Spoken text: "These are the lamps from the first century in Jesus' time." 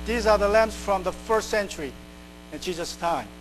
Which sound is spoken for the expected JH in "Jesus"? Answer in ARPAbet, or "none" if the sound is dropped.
CH